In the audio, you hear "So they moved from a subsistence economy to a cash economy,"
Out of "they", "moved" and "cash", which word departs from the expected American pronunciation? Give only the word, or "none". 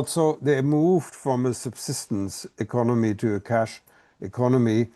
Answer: none